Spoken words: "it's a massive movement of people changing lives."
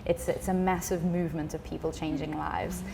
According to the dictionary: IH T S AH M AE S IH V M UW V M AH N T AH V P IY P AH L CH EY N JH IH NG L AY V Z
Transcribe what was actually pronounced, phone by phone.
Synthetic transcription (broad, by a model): IH T S AH M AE S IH V M UW V M AH N T AH V P IY P AH L CH EY N JH IH NG L AY V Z